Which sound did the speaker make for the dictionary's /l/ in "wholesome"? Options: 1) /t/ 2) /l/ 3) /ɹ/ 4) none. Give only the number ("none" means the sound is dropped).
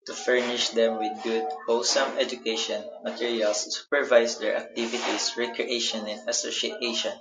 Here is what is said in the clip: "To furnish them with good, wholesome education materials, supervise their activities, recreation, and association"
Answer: 4